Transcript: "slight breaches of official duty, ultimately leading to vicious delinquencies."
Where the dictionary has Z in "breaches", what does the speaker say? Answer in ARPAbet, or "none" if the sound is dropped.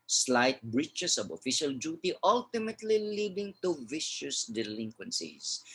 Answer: S